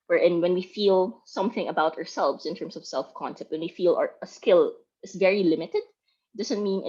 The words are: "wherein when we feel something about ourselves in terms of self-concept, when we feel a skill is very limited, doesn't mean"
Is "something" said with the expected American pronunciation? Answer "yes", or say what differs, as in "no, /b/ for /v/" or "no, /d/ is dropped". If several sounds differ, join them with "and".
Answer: yes